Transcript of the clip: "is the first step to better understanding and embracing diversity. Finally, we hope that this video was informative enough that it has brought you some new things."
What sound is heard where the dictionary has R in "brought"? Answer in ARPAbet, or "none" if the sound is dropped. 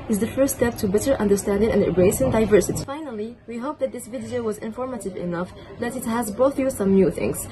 none